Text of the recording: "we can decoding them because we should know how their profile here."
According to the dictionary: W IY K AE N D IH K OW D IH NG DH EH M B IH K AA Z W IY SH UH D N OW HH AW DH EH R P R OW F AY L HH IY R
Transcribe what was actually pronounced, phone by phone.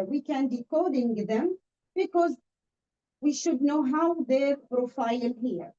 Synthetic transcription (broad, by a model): W IY K AE N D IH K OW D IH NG DH EH M B IH K AA Z W IY SH UH D N OW HH AW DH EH R P R OW F AY L HH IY R